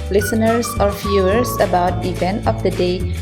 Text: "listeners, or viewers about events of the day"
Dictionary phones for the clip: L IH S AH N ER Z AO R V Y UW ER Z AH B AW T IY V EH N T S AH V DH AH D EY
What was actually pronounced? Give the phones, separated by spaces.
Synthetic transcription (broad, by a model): L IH S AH N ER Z AO R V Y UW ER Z AH B AW T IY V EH N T AH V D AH D EY